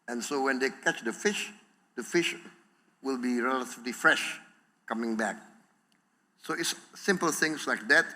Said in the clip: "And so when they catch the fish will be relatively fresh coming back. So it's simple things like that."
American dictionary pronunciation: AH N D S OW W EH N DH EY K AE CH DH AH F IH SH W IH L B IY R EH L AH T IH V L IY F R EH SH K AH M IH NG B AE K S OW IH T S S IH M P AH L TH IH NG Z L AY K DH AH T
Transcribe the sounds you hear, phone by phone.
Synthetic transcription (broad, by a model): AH N S OW W EH N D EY K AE CH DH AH F IH SH W IH L B IY R EH L AH T IH V L IY F R EH SH K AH M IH NG B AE K S OW IH T S S IH M P AH L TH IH NG S L AY K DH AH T